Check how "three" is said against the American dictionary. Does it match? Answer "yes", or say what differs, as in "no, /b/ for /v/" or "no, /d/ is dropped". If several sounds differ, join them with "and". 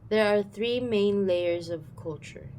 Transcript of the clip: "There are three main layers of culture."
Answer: yes